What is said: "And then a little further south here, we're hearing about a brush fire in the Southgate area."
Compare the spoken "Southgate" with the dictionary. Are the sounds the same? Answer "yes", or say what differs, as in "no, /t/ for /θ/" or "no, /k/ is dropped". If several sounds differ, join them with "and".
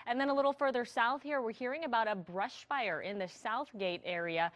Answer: yes